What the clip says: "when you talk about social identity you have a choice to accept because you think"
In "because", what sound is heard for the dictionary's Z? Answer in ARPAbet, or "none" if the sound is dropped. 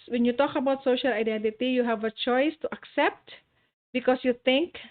S